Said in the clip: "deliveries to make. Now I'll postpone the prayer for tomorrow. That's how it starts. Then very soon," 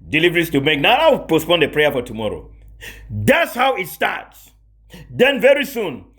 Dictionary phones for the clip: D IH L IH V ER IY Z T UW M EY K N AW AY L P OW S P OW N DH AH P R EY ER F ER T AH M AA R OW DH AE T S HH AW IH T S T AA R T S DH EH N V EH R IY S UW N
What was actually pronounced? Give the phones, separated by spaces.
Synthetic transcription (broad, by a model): D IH L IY V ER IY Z T UW M EY K N AW AY W P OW S P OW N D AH P R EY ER F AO T AH M AA R OW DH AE T S HH AW IH T S T AA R T S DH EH N V EH R IY S UW N